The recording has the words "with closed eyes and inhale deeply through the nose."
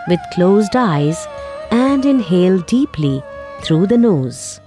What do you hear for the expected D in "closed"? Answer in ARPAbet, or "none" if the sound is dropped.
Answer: D